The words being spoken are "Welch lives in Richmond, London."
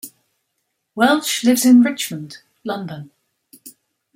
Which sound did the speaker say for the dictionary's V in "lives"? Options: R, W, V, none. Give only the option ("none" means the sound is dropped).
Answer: V